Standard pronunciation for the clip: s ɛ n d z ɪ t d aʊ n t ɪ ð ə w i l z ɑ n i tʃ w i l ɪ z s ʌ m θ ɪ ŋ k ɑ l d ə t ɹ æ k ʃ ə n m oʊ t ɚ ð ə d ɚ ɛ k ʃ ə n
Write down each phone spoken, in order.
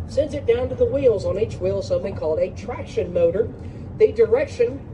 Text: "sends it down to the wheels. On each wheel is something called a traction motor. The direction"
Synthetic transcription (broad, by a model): s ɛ n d z ɪ t d aʊ n t ɪ ð ə w i l z n i tʃ w i l s ʌ m θ ɪ ŋ k ɑ l d ə t ɹ æ k ʃ ə n m oʊ t ɚ ð ə d ɚ ɛ k ʃ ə n